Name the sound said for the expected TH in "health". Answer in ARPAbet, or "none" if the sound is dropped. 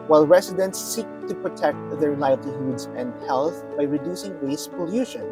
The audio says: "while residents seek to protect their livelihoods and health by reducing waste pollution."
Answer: TH